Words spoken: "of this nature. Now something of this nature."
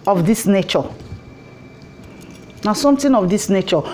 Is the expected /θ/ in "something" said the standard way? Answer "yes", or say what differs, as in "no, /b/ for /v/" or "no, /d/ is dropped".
no, /t/ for /θ/